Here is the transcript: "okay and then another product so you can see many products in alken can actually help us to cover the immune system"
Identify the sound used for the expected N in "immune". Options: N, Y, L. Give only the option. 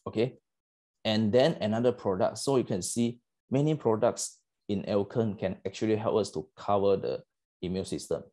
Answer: L